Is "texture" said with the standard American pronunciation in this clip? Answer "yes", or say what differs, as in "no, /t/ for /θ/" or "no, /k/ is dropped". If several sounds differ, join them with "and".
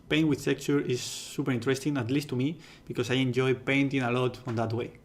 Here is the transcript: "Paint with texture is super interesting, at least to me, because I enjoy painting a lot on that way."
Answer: no, /s/ is dropped